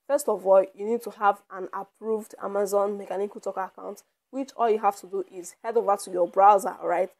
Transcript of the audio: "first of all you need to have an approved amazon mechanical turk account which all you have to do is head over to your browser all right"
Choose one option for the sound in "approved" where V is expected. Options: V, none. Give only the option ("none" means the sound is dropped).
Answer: V